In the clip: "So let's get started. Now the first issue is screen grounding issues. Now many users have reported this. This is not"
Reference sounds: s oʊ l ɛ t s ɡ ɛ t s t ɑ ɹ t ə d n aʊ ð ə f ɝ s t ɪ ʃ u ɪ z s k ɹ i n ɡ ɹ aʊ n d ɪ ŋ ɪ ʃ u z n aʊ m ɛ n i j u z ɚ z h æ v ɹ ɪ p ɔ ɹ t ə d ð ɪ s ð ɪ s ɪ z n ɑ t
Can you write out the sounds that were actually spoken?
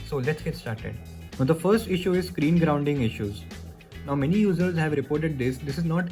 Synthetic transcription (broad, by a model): s oʊ l ɛ t s ɡ ɛ t s t ɑ ɹ t ə d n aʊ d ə f ɝ s t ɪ ʃ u ɪ z s k ɹ i n ɡ ɹ aʊ n d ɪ ŋ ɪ ʃ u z n aʊ m ɛ n i j u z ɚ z h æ v ɹ ɪ p ɔ ɹ t ə d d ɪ s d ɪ s ɪ z n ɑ t